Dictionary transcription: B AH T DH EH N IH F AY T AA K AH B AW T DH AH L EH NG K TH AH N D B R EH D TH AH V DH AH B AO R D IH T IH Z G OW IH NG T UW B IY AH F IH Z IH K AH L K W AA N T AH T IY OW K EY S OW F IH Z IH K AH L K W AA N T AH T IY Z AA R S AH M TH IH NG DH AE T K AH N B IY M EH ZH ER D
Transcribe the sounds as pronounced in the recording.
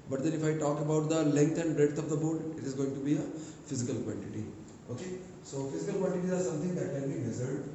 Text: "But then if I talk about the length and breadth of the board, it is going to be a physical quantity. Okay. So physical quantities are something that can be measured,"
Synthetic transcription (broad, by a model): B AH T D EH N IH F AY T AA K AH B AW T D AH L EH NG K T AH N D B R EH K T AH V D AH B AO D IH T IH Z G OW IH NG T UW B IY AH F IH Z IH K AH L K W AA N T AH T IY OW K EY S OW F IH Z IH K AH L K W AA N T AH T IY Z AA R S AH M T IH NG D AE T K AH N B IY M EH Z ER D